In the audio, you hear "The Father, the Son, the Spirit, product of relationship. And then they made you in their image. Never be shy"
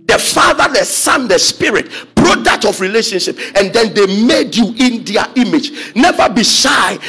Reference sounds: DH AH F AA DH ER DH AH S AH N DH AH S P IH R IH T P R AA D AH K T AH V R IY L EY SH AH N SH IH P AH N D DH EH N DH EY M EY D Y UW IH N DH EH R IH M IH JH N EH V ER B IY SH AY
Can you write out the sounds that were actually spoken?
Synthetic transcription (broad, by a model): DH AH F AA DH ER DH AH S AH N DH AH S P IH R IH T B R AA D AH T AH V R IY L EY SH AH N SH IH P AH N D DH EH N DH EY M EY D Y UW IH N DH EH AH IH M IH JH N EH V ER B IY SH AY